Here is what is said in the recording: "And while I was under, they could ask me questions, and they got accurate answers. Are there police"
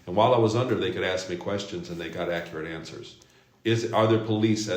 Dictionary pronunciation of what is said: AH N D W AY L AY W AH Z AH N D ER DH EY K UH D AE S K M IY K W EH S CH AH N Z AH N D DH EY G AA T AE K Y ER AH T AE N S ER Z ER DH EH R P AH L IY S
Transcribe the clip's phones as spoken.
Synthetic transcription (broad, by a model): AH N W AY L AY W AH Z AH N D ER DH EY K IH D AE S K M IY K W EH S CH AH N Z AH N DH EY G AA T AE K Y ER AH T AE N S ER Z ER DH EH R P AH L IY S